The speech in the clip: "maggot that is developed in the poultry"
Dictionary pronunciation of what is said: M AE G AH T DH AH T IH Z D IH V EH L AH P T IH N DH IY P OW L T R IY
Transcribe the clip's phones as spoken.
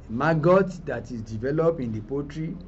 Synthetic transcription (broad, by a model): M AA G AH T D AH T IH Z D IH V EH L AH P IH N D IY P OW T R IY